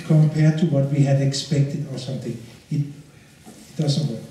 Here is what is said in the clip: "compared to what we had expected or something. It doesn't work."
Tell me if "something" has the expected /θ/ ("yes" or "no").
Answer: no